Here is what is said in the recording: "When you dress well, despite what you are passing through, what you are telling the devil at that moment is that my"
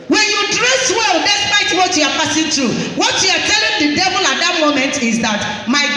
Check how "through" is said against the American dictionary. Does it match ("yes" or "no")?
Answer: no